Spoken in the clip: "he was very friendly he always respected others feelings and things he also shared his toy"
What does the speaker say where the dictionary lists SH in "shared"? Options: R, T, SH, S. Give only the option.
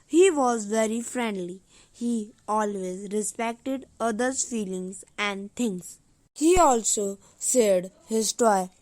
S